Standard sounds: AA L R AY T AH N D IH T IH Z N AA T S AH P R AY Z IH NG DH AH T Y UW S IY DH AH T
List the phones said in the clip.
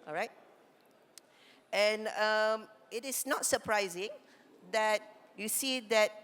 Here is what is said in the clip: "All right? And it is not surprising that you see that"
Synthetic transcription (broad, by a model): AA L R AY T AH N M IH T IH S N AA T S AH P R AY Z IH NG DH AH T Y UW S IY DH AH T